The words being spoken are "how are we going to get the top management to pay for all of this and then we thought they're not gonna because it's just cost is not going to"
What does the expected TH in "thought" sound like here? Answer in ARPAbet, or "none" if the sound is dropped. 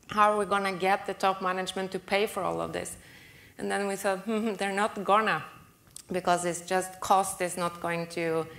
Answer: S